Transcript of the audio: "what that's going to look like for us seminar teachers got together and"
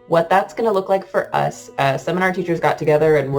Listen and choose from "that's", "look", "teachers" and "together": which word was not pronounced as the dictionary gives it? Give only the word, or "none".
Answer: none